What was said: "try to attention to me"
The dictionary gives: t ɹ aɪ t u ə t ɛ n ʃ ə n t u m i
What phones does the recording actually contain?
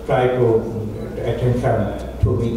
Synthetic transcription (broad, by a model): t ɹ aɪ t u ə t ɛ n s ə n t u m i